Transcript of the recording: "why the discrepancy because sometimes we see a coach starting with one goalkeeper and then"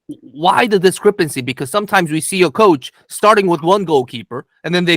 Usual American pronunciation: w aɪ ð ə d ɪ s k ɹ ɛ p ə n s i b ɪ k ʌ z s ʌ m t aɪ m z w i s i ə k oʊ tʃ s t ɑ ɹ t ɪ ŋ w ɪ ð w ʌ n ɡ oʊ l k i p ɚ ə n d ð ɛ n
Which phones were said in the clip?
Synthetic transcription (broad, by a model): w aɪ ð ə d ɪ s k ɹ ɛ p ə n s i b ɪ k ʌ z s ʌ m t aɪ m z w i s i ə k oʊ tʃ s t ɑ ɹ t ɪ ŋ w ɪ ð w ʌ n ɡ oʊ l k i p ɚ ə n ð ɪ n